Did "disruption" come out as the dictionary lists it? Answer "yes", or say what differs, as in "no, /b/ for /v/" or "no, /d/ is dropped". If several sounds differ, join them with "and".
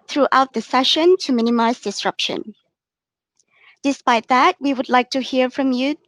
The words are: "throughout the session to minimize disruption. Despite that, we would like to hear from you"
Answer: yes